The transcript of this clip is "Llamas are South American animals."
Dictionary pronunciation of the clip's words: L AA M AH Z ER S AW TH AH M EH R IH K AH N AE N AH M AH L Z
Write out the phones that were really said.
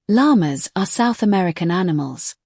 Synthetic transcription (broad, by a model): L AA M AH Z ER S AW TH AH M EH R IH K AH N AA N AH M AH L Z